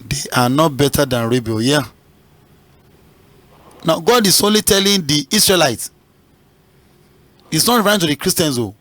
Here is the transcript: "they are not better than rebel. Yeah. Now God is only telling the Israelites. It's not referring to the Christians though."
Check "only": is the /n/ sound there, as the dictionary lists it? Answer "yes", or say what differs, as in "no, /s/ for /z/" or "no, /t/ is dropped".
yes